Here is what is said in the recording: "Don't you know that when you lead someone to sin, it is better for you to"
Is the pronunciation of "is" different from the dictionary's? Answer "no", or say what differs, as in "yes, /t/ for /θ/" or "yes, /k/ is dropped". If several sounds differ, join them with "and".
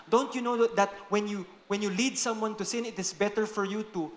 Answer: yes, /s/ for /z/